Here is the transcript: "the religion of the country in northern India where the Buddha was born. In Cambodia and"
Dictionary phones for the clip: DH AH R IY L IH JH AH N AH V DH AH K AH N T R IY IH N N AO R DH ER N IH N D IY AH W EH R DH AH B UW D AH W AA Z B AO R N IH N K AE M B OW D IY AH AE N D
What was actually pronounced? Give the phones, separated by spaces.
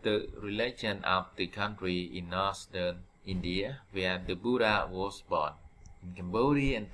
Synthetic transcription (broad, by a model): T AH R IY L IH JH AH N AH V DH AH K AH N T R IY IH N N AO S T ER N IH N D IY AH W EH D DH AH B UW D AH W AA S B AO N IH N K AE M B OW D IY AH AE N